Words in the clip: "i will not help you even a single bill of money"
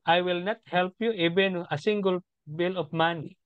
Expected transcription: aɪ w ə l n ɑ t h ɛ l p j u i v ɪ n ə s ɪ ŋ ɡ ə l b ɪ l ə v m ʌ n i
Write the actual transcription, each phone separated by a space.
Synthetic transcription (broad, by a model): aɪ w ə l n ɑ t h ɛ l p j u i b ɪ n ə s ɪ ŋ ɡ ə l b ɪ l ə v m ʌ n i